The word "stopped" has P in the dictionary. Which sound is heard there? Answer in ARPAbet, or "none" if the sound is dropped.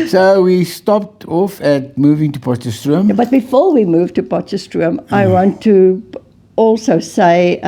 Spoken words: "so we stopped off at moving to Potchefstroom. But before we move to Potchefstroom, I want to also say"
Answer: P